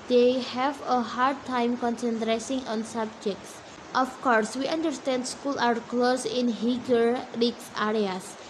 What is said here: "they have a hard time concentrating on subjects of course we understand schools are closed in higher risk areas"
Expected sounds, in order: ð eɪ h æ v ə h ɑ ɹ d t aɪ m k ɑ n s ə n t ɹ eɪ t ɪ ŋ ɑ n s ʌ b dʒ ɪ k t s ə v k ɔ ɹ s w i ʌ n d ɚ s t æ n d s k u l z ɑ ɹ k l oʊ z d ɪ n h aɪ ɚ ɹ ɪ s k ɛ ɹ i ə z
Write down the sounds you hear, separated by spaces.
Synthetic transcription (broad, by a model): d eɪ h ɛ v ə h ɑ ɹ d t aɪ m k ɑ n s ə n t ɹ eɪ s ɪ ŋ ɑ n s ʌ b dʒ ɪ k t s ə f k ɔ ɹ s w i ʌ n d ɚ s t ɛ n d s k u l ɑ ɹ k l oʊ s ɪ n h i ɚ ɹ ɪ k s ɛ ɹ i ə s